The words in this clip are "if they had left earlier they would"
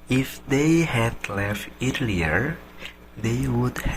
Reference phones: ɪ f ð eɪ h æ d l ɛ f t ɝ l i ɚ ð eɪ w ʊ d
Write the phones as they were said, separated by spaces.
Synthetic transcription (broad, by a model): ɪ f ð eɪ h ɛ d l ɛ f t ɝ l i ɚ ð eɪ w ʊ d